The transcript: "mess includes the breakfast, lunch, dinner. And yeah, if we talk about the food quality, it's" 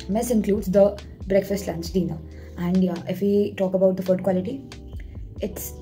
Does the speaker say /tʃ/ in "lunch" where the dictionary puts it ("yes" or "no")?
no